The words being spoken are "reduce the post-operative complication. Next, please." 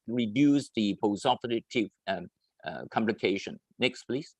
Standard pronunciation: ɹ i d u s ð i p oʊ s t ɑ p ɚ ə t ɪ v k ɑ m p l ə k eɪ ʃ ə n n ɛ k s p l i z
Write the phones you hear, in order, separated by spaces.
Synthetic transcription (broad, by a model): ɹ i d u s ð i p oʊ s ɑ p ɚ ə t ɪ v k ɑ m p l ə k eɪ ʃ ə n n ɛ k s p l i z